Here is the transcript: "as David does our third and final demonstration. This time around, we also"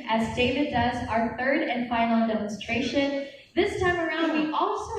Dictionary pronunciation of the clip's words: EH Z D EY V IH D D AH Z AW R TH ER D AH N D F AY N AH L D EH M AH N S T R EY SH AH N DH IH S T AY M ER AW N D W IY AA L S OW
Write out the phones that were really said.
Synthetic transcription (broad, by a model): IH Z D EY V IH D D AH Z AW R TH ER D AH N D F AY N L D EH M AH N S T R EY SH AH N DH IH S T AY M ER AW N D W IY AA L S OW